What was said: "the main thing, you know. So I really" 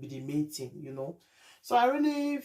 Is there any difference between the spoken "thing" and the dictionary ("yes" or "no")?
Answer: yes